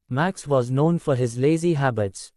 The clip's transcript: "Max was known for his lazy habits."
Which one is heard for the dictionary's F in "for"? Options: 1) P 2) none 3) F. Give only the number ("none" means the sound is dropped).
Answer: 3